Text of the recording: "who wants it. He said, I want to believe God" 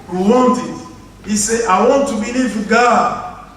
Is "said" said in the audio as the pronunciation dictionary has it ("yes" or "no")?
no